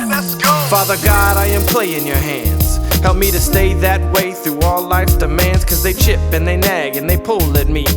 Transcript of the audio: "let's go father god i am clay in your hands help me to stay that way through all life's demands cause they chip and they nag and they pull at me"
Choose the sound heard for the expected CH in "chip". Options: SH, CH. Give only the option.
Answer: CH